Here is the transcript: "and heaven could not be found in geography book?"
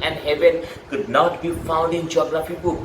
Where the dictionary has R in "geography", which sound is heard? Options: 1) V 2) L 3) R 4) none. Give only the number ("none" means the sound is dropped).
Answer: 2